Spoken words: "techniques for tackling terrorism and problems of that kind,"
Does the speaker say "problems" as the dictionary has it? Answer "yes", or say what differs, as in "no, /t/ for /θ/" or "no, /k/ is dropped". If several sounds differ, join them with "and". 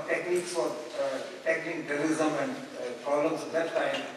no, /b/ is dropped